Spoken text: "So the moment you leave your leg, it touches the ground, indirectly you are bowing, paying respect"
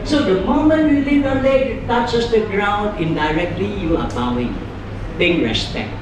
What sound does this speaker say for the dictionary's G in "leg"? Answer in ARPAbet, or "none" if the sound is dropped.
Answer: none